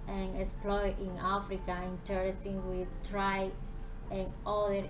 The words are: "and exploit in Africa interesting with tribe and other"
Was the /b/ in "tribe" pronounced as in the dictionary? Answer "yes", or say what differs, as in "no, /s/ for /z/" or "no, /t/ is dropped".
no, /b/ is dropped